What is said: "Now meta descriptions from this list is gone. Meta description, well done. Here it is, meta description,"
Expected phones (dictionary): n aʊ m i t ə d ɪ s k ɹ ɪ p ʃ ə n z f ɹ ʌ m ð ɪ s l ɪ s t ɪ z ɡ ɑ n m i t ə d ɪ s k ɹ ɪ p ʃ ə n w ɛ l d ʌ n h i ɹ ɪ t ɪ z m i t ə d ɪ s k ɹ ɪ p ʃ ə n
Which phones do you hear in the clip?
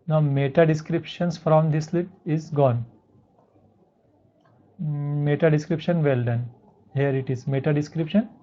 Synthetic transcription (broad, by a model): n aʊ m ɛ t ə d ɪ s k ɹ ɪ p ʃ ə n s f ɹ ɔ m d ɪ s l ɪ t ɪ z ɡ ɑ n m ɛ t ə d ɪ s k ɹ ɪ p ʃ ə n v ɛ l d ʌ n h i ɹ ɪ t ɪ z m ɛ t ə d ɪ s k ɹ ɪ p ʃ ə n